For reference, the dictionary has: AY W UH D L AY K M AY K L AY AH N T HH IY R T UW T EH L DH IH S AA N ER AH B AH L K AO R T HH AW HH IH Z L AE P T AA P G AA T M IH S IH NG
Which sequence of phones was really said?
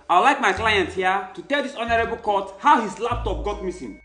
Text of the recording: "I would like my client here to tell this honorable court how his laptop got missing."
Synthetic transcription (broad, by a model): AY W L AY K M AY K L AY AH N T HH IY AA T UW T EH L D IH S AA N ER AH B AH L K AO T HH AW HH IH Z L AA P T AA P G AA T M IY S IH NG